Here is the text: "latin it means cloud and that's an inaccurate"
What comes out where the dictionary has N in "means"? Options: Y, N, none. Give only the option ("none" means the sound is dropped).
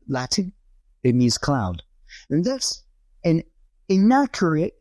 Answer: none